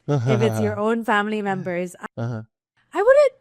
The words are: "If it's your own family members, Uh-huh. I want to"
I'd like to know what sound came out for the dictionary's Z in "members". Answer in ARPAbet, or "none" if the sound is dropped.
Z